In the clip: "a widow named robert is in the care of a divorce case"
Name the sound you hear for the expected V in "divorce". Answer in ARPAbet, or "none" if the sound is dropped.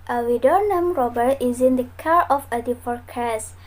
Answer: P